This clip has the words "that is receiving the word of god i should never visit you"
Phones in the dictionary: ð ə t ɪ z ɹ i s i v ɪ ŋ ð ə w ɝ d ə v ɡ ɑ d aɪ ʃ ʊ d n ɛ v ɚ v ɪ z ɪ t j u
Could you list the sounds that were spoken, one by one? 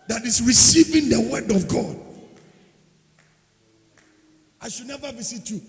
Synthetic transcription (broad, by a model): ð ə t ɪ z ɹ i s i v ɪ ŋ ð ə w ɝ d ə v ɡ ɑ d aɪ ʃ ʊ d n ɛ v ɚ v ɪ s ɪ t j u